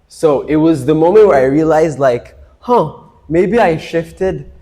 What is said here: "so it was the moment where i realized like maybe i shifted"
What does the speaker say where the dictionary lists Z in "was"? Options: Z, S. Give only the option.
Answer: Z